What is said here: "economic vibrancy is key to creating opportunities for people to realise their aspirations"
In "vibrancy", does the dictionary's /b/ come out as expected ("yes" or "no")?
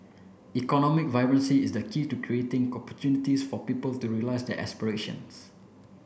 no